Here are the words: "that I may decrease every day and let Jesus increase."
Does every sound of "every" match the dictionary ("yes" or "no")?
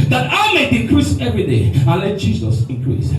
yes